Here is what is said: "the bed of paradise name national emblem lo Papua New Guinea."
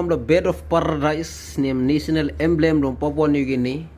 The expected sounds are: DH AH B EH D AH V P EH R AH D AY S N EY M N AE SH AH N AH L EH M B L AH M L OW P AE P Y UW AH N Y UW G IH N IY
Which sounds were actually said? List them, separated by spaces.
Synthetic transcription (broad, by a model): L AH B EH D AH F P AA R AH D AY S N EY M N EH S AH N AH L EH M B L AH M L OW P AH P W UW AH N Y UW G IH N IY